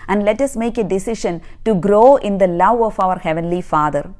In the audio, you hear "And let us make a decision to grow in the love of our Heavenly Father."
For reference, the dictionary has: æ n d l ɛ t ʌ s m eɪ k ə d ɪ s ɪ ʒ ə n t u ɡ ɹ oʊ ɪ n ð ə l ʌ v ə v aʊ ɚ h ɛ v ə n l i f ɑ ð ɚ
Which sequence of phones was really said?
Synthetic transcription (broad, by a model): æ n d l ɛ t ʌ s m eɪ k ə d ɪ s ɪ ʃ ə n t u ɡ ɹ oʊ ɪ n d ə l ʌ v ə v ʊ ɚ h ɛ v ə n l i f ɑ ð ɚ